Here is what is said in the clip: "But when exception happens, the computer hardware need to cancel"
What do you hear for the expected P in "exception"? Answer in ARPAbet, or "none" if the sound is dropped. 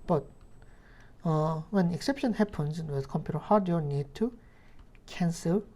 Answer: P